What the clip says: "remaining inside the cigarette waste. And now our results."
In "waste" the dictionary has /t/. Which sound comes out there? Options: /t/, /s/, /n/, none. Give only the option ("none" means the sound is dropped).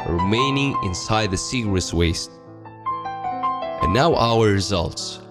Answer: /t/